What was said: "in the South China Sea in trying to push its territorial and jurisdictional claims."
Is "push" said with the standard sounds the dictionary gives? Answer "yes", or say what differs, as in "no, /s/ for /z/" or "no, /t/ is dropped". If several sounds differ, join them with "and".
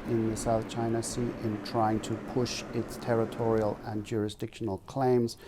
yes